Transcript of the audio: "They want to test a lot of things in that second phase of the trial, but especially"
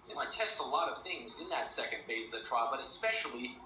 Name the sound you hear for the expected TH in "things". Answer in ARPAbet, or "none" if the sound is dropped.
TH